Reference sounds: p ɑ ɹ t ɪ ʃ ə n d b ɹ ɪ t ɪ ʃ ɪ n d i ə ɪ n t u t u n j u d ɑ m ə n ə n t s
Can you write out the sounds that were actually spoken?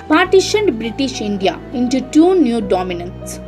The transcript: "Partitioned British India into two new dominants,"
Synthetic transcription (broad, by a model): p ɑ ɹ t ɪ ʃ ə n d b ɹ ɪ t ɪ ʃ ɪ n d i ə ɪ n t u t u n j u d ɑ m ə n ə n t s